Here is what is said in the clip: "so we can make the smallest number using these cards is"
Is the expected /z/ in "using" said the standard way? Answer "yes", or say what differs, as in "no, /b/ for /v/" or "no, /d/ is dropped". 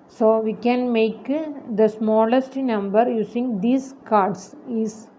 no, /s/ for /z/